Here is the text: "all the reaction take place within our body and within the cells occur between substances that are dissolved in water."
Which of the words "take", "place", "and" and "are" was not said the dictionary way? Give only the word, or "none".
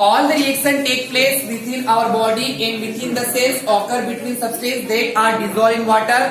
none